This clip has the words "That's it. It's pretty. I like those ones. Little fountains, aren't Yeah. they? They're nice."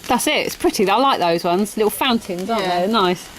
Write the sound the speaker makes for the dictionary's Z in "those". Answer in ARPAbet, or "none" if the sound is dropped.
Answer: Z